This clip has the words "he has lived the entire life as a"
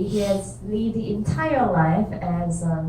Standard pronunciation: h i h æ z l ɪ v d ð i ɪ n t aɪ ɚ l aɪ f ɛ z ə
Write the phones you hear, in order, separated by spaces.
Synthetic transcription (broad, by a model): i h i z l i d ð i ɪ n t aɪ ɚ l aɪ f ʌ z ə